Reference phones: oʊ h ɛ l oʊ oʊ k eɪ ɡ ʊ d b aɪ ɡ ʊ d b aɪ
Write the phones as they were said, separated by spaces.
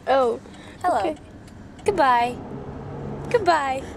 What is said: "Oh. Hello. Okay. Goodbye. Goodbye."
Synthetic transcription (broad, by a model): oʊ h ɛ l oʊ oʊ eɪ ɡ ʊ d b aɪ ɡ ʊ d b aɪ